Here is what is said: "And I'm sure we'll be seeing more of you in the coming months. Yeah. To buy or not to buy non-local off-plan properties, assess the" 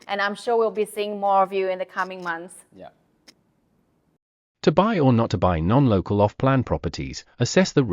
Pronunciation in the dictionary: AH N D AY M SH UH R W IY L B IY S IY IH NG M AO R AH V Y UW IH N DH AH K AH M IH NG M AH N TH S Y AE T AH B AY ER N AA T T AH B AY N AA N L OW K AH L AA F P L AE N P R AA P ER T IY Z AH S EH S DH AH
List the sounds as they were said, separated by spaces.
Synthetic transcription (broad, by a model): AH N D AY M SH UH R W IY L B IY S IY IH NG M AO R AH V Y UW IH N DH AH K AH M IH NG M AH N TH S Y T AH B AY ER N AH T T AH B AY N AA N L OW K AH L AA F P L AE N P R AA P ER T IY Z AH S EH S DH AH